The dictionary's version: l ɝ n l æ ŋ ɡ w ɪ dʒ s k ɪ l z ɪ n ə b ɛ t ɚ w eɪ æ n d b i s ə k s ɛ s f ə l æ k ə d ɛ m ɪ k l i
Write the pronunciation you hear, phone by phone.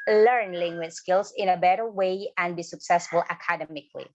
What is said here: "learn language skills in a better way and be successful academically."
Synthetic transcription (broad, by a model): l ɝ n l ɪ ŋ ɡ w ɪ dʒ s k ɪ l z ɪ n ə b ɛ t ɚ w eɪ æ n b i s ə k s ɛ s f ə l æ k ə d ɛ m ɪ k l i